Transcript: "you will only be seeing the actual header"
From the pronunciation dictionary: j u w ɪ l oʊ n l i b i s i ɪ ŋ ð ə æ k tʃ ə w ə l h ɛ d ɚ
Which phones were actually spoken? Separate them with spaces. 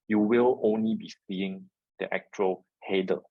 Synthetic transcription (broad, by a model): j u w ɪ l oʊ n l i b i s i ɪ ŋ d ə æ k tʃ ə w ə l h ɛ d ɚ